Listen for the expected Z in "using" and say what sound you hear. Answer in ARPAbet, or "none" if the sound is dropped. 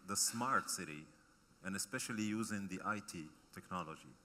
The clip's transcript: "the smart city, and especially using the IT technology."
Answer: Z